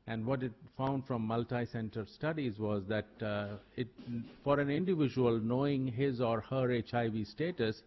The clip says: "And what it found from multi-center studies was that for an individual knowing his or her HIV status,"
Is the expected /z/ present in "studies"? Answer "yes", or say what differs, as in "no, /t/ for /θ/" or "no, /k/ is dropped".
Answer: yes